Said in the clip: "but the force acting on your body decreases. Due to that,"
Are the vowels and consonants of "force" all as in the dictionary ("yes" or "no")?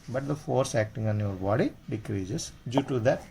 yes